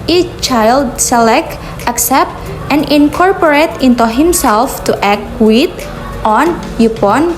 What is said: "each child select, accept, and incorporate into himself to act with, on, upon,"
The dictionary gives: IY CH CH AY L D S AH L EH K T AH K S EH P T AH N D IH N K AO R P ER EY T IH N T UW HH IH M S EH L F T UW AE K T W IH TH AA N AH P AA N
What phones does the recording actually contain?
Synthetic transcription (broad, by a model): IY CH CH AY L D S AH L EH K T AH K S EH P T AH N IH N K AO R P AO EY T IH N T UW HH IH M S EH L F T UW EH K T W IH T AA N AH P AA N